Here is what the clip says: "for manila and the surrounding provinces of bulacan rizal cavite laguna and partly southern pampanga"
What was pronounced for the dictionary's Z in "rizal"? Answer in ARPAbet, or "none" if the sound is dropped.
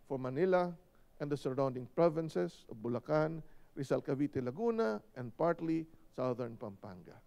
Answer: S